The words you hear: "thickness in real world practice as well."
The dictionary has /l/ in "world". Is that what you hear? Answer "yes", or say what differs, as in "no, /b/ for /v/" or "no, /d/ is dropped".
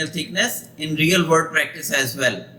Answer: no, /l/ is dropped